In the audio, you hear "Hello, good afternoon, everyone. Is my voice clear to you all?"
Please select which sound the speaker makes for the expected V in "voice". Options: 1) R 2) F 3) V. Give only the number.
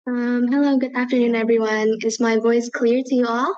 3